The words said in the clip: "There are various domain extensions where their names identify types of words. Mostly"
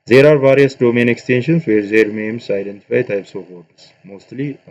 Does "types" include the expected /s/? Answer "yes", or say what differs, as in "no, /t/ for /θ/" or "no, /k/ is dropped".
yes